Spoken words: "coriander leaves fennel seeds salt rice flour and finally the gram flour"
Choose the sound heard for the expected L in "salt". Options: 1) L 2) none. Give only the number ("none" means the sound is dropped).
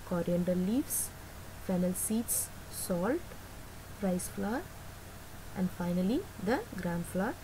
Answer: 1